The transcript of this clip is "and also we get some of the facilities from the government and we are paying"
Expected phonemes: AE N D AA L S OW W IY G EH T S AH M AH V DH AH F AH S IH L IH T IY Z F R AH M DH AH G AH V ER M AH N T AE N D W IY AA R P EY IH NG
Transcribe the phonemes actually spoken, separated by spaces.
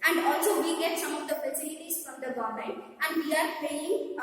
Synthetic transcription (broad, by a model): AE N D AA L S OW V IY G EH T S AH M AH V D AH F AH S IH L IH T IY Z F R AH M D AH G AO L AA AH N AE N D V IY AA R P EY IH NG